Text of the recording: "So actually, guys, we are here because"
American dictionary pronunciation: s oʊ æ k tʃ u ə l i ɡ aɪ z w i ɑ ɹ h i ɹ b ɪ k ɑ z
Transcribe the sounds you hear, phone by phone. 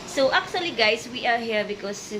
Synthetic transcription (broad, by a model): s oʊ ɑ k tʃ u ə l i ɡ aɪ s w i ɑ ɹ h i ɹ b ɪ k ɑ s